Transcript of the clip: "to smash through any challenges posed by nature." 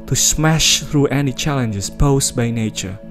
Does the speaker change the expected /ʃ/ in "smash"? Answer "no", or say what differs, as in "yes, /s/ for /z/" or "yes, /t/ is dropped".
no